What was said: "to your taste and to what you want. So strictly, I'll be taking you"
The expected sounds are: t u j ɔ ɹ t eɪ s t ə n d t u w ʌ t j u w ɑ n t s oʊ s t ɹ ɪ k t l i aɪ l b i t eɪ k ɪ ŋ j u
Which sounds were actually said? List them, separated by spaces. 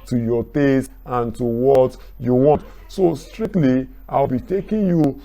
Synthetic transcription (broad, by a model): t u j ɔ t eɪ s ə n t u w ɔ t j u w ɑ n t s oʊ s t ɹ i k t l i aɪ w b i t eɪ k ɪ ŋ j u